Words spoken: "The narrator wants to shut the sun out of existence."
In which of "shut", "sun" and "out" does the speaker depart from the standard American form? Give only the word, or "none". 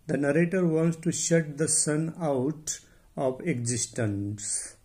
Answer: none